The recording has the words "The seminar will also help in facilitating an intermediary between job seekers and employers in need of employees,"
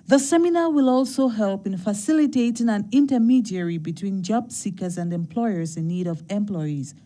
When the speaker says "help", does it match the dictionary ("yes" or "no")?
yes